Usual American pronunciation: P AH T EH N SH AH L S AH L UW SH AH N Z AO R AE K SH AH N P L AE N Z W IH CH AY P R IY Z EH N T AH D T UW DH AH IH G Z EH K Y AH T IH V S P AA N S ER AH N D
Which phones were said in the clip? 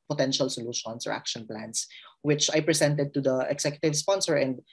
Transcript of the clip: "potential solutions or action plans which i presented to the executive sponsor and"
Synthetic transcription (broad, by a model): P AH T EH N SH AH L S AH L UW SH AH N S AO R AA K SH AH N P L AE N S W IH CH AY P R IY S EH N T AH D T UW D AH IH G S EH K Y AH T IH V S P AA N S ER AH N D